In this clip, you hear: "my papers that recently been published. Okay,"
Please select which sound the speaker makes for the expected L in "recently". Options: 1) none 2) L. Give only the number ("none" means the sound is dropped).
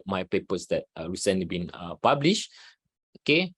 1